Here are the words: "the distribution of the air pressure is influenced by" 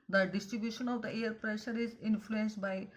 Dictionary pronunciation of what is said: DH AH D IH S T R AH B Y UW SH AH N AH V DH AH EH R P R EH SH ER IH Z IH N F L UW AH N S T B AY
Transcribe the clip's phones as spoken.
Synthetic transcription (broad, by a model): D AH D IH S T R AH B Y UW SH AH N AH V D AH EH R P R EH SH ER IH Z IH N F L UW AH N S T B AY